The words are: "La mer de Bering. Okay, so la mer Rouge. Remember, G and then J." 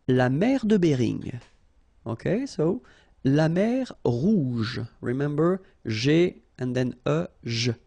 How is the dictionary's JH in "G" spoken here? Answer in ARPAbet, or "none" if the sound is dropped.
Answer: ZH